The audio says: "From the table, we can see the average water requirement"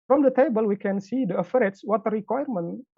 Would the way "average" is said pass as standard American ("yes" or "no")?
no